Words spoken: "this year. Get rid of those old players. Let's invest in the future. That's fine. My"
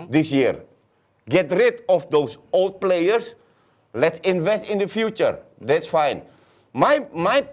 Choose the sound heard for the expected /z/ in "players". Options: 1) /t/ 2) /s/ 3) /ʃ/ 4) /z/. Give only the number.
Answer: 2